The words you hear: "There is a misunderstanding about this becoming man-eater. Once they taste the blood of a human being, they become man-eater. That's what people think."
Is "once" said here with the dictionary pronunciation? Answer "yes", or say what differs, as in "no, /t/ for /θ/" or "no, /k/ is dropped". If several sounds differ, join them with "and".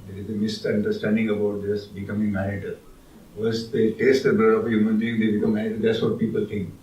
no, /n/ is dropped